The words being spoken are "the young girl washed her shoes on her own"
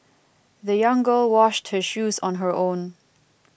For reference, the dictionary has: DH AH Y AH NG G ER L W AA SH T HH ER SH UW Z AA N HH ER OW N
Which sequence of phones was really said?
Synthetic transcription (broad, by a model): DH AH Y AH NG G ER L W AA SH T HH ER SH UW Z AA N HH ER OW N